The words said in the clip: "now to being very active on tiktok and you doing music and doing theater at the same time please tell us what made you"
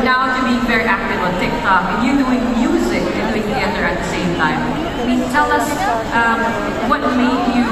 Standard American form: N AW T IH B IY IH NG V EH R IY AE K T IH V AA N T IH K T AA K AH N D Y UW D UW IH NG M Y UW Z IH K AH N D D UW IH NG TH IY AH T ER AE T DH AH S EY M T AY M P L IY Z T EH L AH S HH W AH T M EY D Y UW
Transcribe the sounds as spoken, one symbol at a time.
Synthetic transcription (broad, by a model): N AW T IH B IY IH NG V EH R IY AE K T IH V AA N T IH K T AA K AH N Y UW D UW IH NG M Y UW Z IH K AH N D D UW IH NG T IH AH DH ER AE T DH AH S EY M T AY M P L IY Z T EH L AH S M W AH T M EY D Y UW